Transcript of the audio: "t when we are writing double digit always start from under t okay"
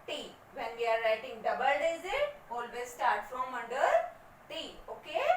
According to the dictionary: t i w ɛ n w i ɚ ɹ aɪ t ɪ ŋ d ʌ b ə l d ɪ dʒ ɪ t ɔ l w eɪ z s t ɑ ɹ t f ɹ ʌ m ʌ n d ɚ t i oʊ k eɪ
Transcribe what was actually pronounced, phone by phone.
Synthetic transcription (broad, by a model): t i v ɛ n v i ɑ ɹ aɪ t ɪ ŋ d ʌ b ə l d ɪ z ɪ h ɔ l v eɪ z s t ɑ ɹ t f ɹ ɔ m ʌ n d ɚ t i oʊ k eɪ